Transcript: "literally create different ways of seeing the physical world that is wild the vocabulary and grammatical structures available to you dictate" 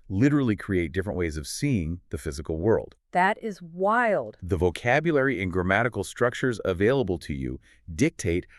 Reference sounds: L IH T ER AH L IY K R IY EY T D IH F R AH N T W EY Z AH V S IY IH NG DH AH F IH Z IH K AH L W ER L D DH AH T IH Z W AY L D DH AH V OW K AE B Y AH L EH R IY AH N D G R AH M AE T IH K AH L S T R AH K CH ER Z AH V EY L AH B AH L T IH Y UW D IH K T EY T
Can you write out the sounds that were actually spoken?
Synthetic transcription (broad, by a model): L IH T ER L IY K R IY EY T D IH F R AH N T W EY Z AH V S IY IH NG DH AH F IH Z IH K L W ER L D DH AH T IH Z W AY L D DH AH V OW K AE B Y AH L EH R IY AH N G R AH M AE T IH K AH L S T R AH K CH ER Z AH V EY L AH B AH L T IH Y UW D IH K T EY T